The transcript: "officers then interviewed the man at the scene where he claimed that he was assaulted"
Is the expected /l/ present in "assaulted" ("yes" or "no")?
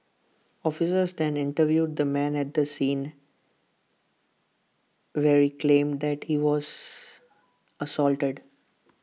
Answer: yes